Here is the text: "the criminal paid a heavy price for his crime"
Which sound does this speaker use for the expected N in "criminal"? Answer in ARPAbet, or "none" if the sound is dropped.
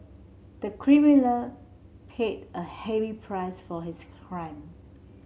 L